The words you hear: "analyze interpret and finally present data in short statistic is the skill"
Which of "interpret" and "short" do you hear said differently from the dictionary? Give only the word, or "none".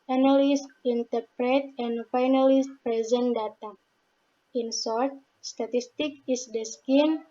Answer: short